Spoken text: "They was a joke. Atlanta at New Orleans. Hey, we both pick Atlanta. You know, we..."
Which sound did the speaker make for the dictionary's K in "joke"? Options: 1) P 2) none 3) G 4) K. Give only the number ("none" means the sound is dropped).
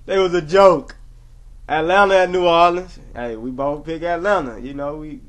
4